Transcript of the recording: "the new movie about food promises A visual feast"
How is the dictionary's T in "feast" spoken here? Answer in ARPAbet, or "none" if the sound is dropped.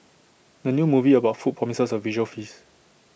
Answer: none